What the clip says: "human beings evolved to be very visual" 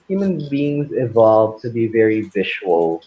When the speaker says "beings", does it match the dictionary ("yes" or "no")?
yes